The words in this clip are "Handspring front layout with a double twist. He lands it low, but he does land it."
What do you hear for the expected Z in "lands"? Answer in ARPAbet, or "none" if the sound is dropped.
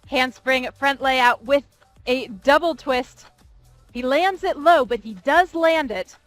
Z